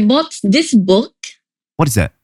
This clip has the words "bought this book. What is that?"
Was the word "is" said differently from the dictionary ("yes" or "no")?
no